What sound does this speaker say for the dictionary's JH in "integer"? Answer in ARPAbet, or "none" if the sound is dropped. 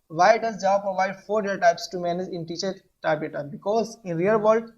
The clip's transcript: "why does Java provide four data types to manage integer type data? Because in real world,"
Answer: CH